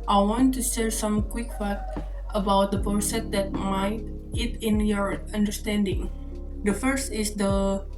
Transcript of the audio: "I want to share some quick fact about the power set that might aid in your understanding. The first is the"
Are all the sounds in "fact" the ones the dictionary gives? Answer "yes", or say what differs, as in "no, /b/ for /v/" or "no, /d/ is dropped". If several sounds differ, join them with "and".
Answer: no, /k/ is dropped